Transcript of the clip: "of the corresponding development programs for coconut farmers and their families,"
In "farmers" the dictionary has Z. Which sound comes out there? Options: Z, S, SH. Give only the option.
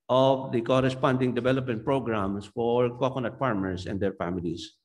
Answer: S